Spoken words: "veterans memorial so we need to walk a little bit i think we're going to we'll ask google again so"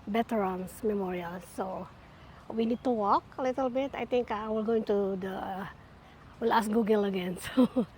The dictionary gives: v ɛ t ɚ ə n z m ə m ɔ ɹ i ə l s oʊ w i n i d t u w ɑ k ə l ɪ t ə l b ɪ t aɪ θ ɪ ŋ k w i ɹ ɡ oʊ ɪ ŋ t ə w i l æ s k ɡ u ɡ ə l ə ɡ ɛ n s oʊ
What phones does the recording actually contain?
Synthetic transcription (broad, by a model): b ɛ t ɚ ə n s m ə m ɔ ɹ i ə l s oʊ w i n i d t u w ɑ k ə l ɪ t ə l b ɪ t aɪ t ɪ ŋ k w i l ɡ oʊ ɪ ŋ t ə w i l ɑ s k ɡ u ɡ ə l ə ɡ ɛ n s oʊ